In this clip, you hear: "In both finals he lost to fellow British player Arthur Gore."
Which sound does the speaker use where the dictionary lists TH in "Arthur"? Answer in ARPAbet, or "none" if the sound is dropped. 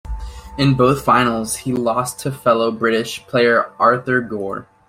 TH